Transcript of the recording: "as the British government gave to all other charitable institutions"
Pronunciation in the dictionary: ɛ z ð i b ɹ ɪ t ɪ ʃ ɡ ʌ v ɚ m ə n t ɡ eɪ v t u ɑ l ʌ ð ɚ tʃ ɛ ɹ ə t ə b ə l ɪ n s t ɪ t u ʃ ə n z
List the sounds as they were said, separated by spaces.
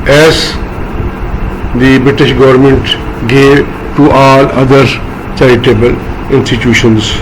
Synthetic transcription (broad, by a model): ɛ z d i b ɹ ɪ t ɪ ʃ ɡ ʌ v ɚ m ə n t ɡ eɪ v t u ɑ l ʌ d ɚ tʃ ɛ ɹ ə t ə b ə l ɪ n s t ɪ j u ʃ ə n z